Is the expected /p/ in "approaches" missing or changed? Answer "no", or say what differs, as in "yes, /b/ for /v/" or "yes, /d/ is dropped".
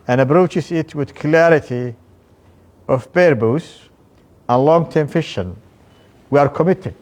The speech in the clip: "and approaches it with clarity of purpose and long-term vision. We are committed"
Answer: yes, /b/ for /p/